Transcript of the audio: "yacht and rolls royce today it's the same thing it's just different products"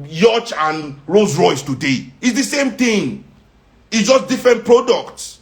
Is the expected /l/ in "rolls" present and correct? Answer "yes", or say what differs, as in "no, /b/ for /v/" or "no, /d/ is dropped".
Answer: no, /l/ is dropped